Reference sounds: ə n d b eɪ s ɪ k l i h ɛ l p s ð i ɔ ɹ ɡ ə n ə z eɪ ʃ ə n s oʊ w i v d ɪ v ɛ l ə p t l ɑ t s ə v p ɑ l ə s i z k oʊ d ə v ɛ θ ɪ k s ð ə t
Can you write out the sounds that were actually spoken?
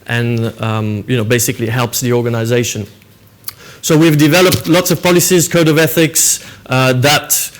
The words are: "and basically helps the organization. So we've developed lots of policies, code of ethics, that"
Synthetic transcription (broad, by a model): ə n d b eɪ s ɪ k l i h ɛ l p s ð i ɔ ɹ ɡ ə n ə z eɪ ʃ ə n s oʊ w i v d ɪ v ɛ l ə p t l ɑ t s ə v p ɑ l ə s i z k oʊ d ə v ɛ θ ɪ k s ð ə t